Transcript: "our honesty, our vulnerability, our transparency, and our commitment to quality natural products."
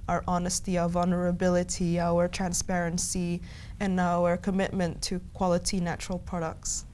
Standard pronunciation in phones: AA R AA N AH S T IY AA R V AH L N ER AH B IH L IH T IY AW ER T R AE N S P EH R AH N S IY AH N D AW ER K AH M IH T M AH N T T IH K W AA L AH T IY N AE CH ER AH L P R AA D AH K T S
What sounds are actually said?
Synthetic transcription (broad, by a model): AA R AA N AH S T IY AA V AH L N ER AH B IH L IH T IY AW ER T R AE N S P EH R AH N S IY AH N AW ER K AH M IH T M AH N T T IH K W AA L AH T IY N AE CH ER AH L P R AA D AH K T S